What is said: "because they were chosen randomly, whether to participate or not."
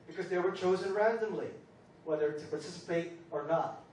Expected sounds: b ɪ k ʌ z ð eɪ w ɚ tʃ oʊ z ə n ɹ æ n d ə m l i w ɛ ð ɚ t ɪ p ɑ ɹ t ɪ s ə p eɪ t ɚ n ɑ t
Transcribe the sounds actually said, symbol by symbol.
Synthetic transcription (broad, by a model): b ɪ k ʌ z ð eɪ w ɚ tʃ oʊ z ə n ɹ æ n d ə m l i w ɛ ð ɚ t ɪ p ɑ ɹ t ɪ s ə p eɪ t ɚ n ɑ t